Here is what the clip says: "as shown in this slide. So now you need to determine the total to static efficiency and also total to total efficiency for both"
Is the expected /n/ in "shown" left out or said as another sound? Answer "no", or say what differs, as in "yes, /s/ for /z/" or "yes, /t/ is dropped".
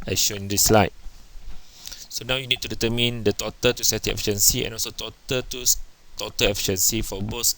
yes, /n/ is dropped